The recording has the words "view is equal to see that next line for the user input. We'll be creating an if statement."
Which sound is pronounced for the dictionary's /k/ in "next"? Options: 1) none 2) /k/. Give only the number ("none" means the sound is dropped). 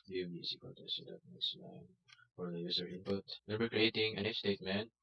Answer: 1